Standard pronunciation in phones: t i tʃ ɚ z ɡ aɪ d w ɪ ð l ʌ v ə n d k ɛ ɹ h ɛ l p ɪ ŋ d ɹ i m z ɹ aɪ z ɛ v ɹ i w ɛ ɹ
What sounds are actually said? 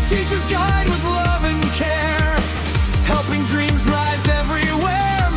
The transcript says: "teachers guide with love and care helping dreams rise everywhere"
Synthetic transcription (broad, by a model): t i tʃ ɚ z ɡ aɪ d w ɪ ð l ʌ v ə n k ɛ ɹ h ɛ l p ɪ ŋ d ɹ i m z ɹ aɪ z ɛ v ɹ i w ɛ ɹ